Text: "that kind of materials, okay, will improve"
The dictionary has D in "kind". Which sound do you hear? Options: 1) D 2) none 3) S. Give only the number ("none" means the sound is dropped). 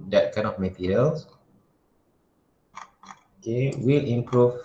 2